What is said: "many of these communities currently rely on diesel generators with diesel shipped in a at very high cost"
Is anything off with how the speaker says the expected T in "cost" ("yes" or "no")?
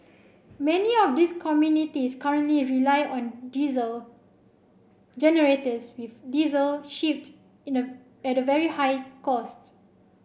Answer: no